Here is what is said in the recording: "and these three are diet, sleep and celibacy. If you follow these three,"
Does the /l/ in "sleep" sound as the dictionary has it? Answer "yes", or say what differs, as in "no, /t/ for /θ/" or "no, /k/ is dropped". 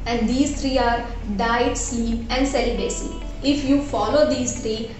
no, /l/ is dropped